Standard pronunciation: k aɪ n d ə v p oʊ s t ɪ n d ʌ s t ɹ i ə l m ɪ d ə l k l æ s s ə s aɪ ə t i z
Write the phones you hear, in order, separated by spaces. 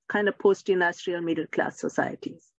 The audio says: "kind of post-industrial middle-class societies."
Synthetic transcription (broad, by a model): k aɪ n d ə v p oʊ s t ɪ n d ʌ s t ɹ i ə l m ɪ d ə l k l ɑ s s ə s aɪ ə t i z